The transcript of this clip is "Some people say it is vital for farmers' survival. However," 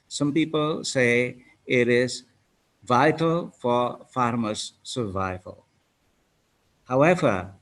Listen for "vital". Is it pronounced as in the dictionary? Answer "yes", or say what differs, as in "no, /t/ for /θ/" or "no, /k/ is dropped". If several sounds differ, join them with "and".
yes